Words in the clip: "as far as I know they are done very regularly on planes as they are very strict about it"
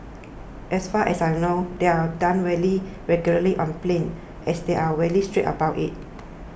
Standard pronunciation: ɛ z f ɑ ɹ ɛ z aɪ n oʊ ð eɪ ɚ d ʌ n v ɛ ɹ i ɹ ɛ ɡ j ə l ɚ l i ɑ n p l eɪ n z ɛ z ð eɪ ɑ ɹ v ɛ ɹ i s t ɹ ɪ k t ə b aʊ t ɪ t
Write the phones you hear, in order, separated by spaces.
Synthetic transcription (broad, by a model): ɛ s f ɑ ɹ ɛ s aɪ n oʊ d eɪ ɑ d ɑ n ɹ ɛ l i ɹ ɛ ɡ j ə l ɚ l i ɑ n p l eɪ n ɛ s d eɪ ɑ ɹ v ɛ l i s t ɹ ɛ t ə b aʊ t ɪ t